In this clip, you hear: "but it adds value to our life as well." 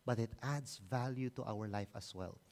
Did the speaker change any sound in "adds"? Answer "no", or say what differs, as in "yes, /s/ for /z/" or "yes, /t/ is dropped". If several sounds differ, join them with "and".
yes, /s/ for /z/